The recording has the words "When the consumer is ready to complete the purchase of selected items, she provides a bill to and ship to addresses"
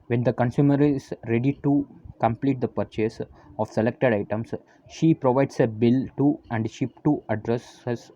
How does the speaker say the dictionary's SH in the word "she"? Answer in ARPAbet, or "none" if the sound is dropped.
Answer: SH